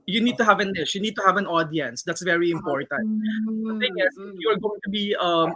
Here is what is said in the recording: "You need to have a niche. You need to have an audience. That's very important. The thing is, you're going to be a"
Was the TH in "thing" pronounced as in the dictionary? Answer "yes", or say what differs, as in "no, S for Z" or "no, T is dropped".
no, T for TH